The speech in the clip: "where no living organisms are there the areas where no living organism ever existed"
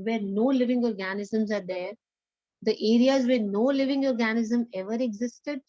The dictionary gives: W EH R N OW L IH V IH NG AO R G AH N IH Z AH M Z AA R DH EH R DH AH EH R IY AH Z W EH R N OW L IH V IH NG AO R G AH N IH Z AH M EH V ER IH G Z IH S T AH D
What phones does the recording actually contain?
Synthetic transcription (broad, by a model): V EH R N OW L IH V IH NG AO R G AH N IH Z AH M Z AA R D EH R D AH EH R IY AH Z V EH R N OW L IH V IH NG AO R G AH N IH Z AH M EH V ER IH G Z IH S T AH D